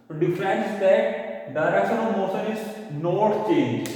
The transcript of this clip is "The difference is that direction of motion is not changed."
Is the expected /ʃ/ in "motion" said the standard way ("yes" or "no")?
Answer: no